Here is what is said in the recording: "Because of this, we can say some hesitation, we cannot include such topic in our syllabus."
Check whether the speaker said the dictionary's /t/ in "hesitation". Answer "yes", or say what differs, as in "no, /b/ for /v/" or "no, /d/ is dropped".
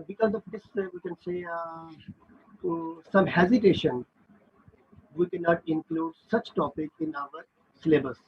yes